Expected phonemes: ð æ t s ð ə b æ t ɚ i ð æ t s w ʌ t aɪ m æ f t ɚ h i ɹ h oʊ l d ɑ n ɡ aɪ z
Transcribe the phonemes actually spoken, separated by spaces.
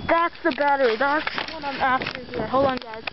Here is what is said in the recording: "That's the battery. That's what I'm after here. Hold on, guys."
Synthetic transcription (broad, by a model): ð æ t s ð ə b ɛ t ɚ ð æ t s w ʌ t aɪ m æ f t ɚ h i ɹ h oʊ l ɑ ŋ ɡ aɪ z